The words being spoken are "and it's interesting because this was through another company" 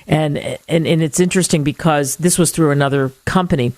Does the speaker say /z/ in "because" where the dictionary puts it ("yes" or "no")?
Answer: yes